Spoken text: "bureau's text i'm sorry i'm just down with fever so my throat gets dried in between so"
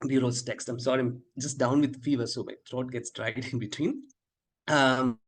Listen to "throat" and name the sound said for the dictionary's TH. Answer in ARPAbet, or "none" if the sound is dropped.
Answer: T